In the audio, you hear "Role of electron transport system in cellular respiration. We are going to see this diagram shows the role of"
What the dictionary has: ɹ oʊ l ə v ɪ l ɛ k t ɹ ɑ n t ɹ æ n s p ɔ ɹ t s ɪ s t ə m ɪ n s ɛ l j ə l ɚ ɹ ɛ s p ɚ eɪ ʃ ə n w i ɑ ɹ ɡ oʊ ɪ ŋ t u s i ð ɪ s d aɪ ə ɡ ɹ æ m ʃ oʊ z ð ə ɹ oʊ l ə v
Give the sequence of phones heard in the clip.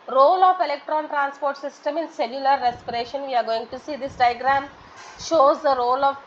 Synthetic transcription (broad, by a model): ɹ oʊ l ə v ɪ l ɛ k t ɹ ɑ n t ɹ æ n s p ɔ ɹ t s ɪ s t ə m ɪ n s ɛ l j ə l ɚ ɹ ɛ s p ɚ eɪ ʃ ə n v i ɑ ɹ ɡ oʊ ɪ ŋ t u s i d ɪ s d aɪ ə ɡ ɹ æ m ʃ oʊ z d ə ɹ oʊ l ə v